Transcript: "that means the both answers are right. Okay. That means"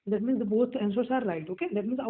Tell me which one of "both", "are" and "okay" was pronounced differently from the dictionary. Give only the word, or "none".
both